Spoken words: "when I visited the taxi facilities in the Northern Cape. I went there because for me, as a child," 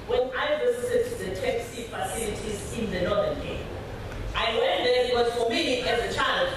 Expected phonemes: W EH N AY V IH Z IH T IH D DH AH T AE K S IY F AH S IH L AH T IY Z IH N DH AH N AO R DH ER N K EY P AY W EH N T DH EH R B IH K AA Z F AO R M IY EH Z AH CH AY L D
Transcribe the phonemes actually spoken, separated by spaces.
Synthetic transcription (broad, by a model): W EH N AY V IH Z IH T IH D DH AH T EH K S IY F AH S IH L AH T IY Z IH N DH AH N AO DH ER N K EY AY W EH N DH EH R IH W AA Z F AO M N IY EH Z AH CH AY L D